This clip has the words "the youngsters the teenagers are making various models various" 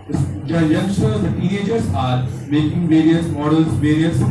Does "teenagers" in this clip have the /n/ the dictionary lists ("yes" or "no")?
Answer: no